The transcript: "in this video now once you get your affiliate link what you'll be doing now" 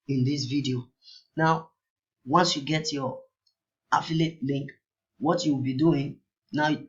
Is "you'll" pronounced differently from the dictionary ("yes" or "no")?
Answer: yes